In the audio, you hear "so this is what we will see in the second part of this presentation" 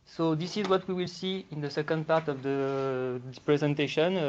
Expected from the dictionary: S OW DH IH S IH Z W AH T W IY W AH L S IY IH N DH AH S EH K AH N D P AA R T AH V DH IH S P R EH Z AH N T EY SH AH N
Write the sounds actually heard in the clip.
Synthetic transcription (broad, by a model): S OW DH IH S IH Z W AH T W IY W AH L S IY IH N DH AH S EH K AH N D P AA R T AH V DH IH P R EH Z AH N T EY SH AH N